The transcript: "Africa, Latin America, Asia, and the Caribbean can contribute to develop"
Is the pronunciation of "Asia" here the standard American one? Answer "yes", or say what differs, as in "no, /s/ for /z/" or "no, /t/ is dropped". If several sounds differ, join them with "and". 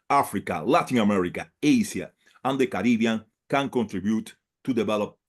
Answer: no, /s/ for /ʒ/